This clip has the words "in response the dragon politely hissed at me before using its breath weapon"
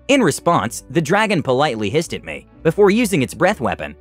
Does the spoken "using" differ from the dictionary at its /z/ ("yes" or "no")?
no